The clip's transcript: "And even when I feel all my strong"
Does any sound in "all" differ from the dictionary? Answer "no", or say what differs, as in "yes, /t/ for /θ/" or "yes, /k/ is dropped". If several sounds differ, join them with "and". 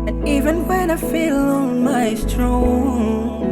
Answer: yes, /n/ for /l/